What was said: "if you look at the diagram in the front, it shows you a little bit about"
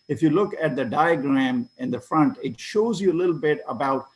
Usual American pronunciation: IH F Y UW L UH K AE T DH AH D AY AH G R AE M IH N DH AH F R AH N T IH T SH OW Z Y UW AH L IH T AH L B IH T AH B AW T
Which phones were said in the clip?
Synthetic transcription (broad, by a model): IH F Y UW L UH K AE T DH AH D AY AH G R AE M IH N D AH F R AH N T IH T SH OW Z Y UW AH L IH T L B IH T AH B AW T